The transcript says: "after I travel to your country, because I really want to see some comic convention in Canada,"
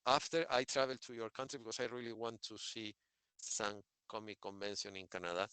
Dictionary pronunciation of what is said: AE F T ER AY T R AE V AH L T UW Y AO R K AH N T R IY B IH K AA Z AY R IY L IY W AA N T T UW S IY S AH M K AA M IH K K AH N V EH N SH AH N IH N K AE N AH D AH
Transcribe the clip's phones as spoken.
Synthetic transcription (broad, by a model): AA F T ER AY T R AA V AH L T UW Y AO R K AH N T R IY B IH K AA S AY R IY L IY W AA N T T UW S IY S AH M K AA M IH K K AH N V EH N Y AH N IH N K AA N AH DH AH